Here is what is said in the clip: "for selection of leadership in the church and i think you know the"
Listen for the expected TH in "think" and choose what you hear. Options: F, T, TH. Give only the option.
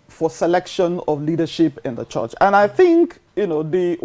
TH